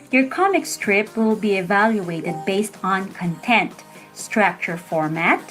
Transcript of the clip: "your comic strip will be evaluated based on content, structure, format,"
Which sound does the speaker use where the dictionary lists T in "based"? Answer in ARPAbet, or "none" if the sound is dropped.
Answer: T